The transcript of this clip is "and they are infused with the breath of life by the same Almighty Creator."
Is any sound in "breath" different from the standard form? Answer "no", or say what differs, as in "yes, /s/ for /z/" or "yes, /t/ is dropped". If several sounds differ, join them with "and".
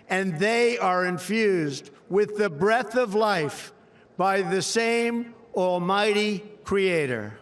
no